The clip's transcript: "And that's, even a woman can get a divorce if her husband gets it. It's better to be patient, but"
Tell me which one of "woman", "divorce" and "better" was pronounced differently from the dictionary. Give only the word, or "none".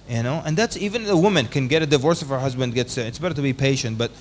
none